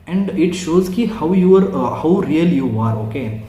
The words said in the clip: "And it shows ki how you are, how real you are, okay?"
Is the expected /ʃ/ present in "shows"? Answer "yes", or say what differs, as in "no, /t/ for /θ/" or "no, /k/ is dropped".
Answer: yes